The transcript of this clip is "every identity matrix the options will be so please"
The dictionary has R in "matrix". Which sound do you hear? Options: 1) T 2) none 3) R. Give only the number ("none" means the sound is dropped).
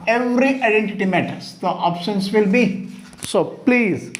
2